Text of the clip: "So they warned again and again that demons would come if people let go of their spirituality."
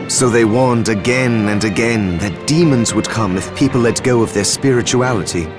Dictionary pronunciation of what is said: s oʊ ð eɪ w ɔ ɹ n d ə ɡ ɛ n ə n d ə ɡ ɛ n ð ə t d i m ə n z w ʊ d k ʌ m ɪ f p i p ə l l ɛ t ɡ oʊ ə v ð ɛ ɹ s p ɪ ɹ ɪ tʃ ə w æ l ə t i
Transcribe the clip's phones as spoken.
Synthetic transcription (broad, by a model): s oʊ ð eɪ w ɔ ɹ n d ə ɡ ɛ n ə n ə ɡ ɛ n ð ə t d i m ə n z w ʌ d k ʌ m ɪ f p i p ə l l ɛ t ɡ oʊ ə v ð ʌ ɹ s p ɪ ɹ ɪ tʃ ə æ l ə t i